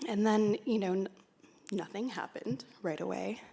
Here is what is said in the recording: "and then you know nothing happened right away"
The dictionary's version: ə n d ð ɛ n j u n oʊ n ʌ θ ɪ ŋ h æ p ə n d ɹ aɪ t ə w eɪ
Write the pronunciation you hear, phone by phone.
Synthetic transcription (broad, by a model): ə n ð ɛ n j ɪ n oʊ n ʌ θ ɪ ŋ h æ p ə n d ɹ aɪ t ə w eɪ